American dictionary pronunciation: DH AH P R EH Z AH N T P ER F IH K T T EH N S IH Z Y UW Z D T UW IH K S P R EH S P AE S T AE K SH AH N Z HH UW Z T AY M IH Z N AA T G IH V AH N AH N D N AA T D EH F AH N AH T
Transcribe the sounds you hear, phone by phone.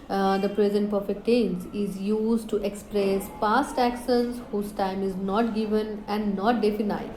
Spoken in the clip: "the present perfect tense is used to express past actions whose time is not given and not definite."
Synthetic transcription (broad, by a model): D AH P R EH Z AH N T P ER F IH K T T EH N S IH Z Y UW Z D T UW IH K S P R EH S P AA S T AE K S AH Z HH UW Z T AY M IH Z N AA T G IH V AH N AH N D N AA T D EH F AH N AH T